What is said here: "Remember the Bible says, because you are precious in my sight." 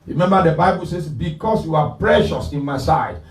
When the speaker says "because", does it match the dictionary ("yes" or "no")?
no